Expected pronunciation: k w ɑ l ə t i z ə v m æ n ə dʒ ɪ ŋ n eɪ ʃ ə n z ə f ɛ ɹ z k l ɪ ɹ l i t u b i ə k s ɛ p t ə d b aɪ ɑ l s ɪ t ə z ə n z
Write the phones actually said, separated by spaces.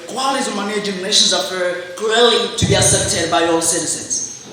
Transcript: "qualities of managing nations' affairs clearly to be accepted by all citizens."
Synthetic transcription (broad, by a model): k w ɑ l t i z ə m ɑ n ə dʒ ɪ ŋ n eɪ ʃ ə n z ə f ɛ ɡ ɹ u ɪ l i t u b i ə s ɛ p t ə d b aɪ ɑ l s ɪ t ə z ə n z